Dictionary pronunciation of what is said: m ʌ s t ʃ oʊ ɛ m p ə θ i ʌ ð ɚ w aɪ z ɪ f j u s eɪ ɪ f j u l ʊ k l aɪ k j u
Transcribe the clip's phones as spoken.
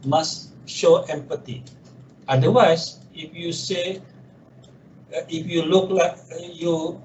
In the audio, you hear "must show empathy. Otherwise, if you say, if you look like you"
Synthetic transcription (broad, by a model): m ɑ s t ʃ oʊ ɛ m p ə t i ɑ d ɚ w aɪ s ɪ f j u s eɪ ɪ f j u l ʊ k l aɪ k j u